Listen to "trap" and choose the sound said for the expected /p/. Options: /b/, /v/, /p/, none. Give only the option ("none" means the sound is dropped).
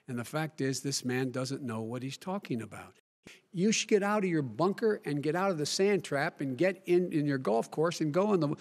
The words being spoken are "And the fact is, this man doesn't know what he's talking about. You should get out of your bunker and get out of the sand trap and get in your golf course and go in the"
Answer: /p/